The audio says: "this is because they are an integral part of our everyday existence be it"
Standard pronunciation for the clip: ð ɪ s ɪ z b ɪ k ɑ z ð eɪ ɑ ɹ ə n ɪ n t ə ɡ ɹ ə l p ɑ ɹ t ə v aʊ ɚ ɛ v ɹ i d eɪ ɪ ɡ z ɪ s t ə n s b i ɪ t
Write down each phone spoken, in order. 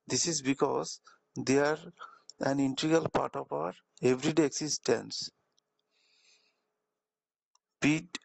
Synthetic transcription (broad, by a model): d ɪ s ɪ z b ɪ k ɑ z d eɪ ɑ ɹ ə n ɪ n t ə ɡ ə l p ɑ ɹ t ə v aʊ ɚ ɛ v ɹ i d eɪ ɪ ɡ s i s t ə n s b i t